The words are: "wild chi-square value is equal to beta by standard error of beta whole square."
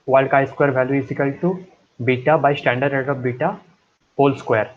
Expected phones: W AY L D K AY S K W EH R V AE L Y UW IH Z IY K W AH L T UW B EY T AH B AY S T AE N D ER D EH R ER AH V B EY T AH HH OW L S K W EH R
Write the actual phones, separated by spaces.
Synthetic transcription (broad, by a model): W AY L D K AY S K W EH R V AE L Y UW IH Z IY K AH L T UW B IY T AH B AY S T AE N D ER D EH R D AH P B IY T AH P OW L S K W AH R